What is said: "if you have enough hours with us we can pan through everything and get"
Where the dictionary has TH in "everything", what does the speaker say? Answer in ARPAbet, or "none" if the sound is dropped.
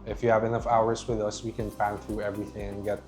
TH